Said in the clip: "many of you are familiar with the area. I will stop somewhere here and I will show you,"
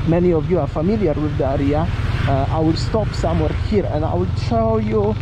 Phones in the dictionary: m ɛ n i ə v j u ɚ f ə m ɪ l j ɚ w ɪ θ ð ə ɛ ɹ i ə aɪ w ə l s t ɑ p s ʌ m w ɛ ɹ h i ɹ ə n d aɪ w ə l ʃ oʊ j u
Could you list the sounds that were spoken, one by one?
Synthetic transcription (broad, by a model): m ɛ n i ə v j u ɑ f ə m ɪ l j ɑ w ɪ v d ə ɹ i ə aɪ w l s t ɑ p s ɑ m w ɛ ɹ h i ɹ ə n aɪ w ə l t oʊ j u